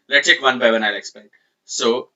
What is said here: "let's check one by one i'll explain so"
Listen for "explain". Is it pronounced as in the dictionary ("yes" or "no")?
no